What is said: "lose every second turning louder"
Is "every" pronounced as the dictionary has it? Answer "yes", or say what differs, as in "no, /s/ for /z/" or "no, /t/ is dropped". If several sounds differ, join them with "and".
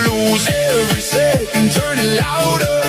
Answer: no, /v/ is dropped